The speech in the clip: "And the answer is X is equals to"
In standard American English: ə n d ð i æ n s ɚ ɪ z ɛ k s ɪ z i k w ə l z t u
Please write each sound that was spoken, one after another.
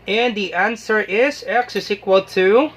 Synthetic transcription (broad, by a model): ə n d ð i æ n s ɚ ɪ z ɛ k s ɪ s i k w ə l t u